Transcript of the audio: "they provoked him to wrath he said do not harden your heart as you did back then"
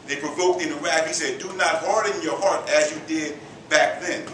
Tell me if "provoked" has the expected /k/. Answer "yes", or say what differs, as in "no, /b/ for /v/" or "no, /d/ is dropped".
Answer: yes